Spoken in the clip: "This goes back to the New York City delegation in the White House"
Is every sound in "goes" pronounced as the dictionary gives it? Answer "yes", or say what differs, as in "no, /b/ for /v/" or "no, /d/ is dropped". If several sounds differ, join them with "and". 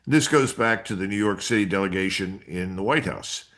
yes